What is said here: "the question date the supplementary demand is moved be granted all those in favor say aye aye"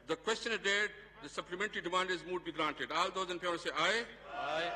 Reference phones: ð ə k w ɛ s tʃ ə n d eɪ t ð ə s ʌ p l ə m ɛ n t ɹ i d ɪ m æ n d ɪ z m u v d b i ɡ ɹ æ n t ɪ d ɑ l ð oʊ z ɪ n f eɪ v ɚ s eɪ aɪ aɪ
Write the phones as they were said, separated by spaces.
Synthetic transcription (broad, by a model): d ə k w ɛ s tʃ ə n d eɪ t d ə s ʌ p l ə m ɛ n t ɹ i d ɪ m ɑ n d ɪ z m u d b i ɡ ɹ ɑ n t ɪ d ɑ l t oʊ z ɪ n p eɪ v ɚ s eɪ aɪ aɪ